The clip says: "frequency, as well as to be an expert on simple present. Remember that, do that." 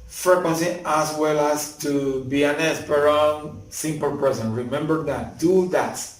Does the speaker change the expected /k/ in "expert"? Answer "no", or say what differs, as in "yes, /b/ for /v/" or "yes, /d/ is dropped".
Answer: yes, /k/ is dropped